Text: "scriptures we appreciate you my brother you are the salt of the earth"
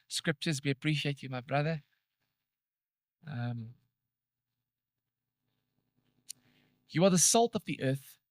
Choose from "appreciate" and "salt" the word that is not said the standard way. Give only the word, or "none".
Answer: none